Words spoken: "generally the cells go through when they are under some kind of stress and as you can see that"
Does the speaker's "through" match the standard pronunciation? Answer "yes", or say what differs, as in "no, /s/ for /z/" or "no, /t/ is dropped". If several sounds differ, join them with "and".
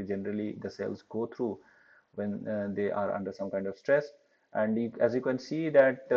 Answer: no, /t/ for /θ/